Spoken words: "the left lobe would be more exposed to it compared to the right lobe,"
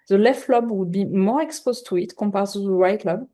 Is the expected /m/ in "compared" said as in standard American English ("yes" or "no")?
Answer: no